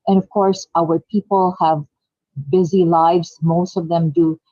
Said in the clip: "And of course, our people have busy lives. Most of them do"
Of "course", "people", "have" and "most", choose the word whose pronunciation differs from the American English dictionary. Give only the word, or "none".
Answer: none